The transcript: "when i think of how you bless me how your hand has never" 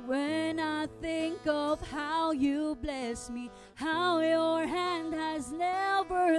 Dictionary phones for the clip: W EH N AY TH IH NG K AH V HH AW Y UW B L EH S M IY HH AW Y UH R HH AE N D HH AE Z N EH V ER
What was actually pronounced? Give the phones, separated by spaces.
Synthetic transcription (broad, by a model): W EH N AY TH IH NG K AH V HH AW Y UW B L EH S M IY HH AW Y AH R HH AE N D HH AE Z N EH V ER